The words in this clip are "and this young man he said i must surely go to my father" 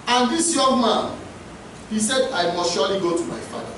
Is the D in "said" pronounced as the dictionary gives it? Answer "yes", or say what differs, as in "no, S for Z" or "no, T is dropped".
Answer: yes